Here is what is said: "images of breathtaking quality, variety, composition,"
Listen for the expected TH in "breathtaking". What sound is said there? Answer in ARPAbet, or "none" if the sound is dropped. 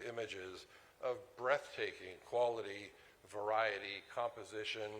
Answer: TH